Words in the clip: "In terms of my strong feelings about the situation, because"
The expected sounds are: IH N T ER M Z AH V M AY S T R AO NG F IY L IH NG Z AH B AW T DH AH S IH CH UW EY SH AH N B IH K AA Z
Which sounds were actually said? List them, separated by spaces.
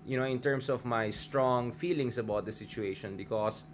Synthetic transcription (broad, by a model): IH N T ER M S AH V M AY S T R AO NG F IY L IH NG S AH B AW T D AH S IH CH UW EY SH AH N B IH K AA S